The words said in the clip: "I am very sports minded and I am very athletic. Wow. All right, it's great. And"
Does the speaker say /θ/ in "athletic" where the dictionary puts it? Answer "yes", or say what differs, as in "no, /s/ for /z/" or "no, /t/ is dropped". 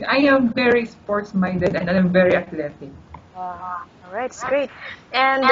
no, /t/ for /θ/